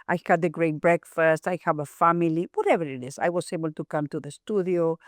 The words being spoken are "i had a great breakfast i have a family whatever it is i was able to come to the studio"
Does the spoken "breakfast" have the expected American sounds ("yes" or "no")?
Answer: yes